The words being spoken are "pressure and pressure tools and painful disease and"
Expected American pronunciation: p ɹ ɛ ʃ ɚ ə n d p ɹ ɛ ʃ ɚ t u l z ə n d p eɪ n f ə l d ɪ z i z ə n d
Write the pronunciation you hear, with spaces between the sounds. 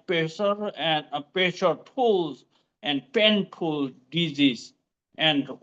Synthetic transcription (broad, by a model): p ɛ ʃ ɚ ə n d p ɛ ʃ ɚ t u l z ə n d p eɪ n p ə l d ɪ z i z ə n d